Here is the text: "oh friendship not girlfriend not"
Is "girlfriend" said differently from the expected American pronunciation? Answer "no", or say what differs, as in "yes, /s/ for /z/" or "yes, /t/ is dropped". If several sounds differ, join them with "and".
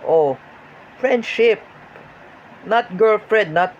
yes, /n/ is dropped